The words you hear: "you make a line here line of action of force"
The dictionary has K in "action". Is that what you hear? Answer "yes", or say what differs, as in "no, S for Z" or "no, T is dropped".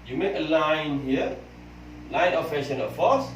no, K is dropped